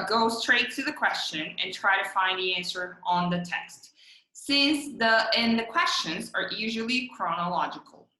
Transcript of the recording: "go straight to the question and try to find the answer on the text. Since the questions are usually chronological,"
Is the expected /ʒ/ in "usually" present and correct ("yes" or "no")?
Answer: yes